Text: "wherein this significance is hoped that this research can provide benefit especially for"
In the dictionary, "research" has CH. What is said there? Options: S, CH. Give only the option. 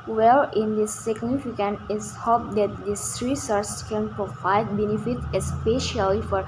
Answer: S